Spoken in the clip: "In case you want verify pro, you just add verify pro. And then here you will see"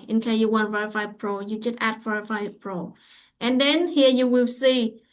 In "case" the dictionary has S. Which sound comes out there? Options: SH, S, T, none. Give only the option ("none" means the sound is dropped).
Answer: none